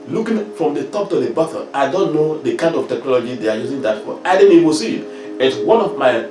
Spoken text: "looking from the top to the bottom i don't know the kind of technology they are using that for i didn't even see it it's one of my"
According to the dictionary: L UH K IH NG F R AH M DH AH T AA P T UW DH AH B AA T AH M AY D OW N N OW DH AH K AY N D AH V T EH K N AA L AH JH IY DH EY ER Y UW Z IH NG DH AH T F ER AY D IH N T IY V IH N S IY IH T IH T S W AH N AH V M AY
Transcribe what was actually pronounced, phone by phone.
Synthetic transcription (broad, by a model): L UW K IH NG F R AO M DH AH T AA P T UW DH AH B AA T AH AY D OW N N OW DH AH K AY N D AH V T EH K N AA L AH JH IY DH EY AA Y UW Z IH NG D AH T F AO AY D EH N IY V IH S IY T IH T W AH N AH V M AY